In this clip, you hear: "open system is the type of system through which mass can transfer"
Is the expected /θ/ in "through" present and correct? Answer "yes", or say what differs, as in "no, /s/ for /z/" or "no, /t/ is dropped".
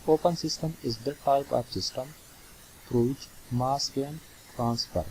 no, /f/ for /θ/